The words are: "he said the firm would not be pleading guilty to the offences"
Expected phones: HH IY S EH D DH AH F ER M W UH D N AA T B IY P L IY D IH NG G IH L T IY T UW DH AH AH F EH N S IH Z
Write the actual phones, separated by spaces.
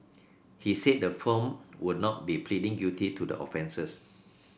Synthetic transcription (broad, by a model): HH IY S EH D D AH F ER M W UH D N AA T B IY P L IY D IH NG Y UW T IY T UW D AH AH F EH N S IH S